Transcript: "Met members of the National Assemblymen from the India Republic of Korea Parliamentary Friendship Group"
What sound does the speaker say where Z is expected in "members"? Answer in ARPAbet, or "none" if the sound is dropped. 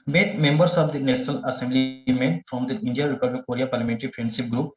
S